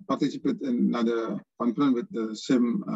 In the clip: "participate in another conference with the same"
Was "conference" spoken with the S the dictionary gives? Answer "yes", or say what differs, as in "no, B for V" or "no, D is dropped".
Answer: no, S is dropped